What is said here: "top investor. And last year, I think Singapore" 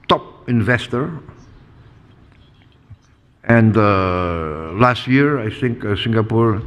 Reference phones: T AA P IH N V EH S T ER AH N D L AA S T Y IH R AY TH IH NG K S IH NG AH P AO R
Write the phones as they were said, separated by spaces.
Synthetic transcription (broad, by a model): T AA P IH N V EH S T ER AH N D L AA S T Y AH R AY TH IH NG K S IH NG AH P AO R